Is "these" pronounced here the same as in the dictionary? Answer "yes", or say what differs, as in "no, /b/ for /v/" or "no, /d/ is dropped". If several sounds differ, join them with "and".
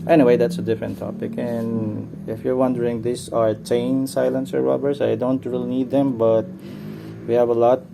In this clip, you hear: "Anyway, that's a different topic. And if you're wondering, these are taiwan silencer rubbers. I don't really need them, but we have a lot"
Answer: no, /s/ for /z/